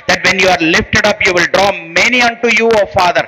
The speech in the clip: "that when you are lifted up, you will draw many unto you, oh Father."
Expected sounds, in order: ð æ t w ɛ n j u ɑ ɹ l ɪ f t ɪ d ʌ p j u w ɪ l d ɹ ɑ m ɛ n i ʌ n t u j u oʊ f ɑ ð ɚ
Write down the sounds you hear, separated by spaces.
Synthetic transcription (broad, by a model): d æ t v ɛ n j u ɑ ɹ l ɪ f t ɪ d ʌ p j u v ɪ l d ɹ ɑ m ɛ n i ʌ n t u j u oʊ f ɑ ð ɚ